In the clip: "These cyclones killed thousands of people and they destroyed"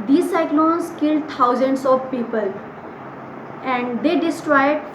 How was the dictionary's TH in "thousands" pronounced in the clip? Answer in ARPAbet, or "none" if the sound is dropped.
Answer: T